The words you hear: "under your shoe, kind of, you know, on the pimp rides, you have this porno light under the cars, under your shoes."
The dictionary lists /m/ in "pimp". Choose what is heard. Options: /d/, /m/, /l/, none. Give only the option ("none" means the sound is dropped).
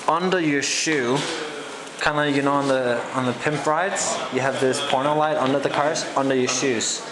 /m/